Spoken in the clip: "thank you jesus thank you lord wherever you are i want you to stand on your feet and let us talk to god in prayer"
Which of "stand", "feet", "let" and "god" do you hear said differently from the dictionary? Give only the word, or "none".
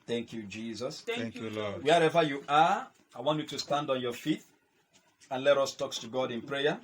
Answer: none